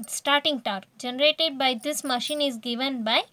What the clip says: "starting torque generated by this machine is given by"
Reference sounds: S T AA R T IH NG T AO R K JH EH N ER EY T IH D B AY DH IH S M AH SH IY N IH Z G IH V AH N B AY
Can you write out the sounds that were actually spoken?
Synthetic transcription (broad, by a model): S T AA R T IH NG T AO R JH EH N ER EY T IH D B AY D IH S M AH SH IY N IH Z G IH V AH N B AY